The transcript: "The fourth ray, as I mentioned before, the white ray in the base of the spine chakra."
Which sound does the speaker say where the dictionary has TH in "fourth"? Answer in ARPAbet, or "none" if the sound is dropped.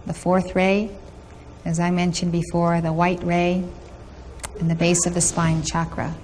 TH